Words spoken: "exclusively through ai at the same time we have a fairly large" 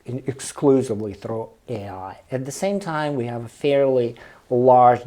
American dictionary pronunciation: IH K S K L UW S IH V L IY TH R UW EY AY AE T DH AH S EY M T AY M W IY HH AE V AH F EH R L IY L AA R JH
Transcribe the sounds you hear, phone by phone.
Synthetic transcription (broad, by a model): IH K S K L UW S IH V L IY TH R UW EY AY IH T DH AH S EY M T AY M W IY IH V AH F EH R L IY L AA R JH